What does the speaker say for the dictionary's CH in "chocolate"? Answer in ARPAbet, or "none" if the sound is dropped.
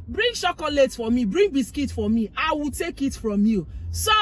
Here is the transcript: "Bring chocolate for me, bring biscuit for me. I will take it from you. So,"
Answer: SH